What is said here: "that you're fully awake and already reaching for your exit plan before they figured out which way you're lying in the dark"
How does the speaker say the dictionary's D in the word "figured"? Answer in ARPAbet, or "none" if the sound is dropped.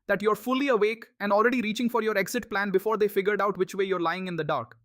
D